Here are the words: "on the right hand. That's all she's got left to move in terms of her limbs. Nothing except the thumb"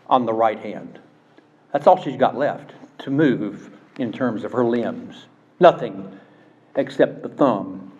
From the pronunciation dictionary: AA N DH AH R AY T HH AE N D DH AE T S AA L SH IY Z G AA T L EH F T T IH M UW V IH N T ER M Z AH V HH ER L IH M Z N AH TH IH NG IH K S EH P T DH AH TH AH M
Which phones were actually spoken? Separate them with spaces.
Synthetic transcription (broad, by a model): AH N DH AH R AY T HH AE N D DH AE T S AA L SH IY Z G AA T L EH F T T IH M UW V IH N T ER M Z AH V ER L IH M Z N AH TH IH NG IH K S EH P T DH AH TH AH M